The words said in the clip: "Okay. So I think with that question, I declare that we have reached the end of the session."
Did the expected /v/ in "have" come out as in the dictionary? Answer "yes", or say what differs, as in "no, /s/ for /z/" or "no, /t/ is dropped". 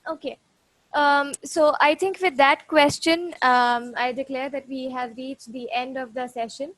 yes